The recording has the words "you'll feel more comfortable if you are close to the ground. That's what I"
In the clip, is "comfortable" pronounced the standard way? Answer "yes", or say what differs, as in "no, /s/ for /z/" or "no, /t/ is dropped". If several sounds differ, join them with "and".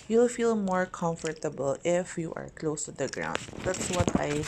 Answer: yes